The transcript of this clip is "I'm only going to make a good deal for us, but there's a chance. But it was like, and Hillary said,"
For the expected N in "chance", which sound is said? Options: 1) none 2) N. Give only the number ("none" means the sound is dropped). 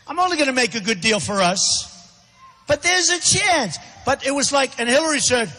2